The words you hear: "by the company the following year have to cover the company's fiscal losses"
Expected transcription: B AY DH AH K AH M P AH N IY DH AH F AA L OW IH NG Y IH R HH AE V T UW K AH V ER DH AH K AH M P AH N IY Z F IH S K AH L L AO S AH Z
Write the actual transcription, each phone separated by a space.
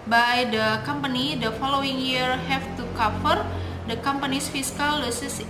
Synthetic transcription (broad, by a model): B AY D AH K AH M P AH N IY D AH F AA L OW IH NG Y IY R HH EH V T UW K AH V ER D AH K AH M P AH N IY S F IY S K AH L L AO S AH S